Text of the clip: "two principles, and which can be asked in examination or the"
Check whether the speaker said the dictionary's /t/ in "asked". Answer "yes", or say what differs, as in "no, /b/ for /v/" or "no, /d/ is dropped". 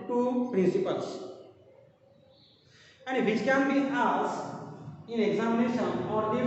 no, /t/ is dropped